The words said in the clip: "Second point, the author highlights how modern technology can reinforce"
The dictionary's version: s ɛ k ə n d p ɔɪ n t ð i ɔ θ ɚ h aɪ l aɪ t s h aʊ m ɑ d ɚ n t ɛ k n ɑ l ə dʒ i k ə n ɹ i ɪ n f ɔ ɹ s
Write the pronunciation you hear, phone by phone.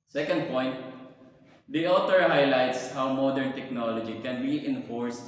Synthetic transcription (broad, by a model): s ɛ k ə n d p ɔɪ n t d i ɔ t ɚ h aɪ l aɪ t s h aʊ m ɑ d ɚ n t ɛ k n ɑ l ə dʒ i k ə n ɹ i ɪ n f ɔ ɹ s